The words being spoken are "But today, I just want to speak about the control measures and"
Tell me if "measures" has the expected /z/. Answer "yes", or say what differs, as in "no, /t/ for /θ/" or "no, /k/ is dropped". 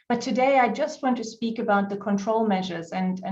yes